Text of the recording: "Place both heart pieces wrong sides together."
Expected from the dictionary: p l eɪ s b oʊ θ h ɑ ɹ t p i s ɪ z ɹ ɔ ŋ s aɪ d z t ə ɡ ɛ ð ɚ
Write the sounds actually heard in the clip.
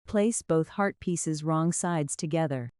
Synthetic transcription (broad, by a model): p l eɪ s b oʊ θ h ɑ ɹ t p i s ɪ z ɹ ɔ ŋ s aɪ d z t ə ɡ ɛ ð ɚ